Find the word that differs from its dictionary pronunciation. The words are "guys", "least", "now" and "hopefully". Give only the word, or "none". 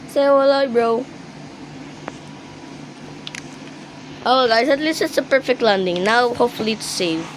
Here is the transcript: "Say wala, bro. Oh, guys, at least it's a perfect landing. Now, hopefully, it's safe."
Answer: guys